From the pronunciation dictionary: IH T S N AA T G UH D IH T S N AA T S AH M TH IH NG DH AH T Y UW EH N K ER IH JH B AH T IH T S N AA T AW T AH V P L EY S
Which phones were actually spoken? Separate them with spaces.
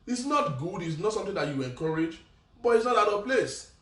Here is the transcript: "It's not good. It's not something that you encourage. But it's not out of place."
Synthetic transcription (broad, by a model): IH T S N AA T G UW D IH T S N AA T S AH M T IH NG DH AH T Y UW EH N K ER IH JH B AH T IH T S N AA T AW T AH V P L EY S